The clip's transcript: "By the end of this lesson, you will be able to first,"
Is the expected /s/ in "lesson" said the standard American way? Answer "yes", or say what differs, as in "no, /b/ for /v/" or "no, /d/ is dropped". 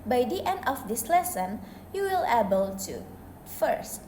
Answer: yes